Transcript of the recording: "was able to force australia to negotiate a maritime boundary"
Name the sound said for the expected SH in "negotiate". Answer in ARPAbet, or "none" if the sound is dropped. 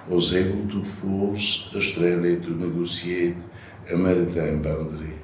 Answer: S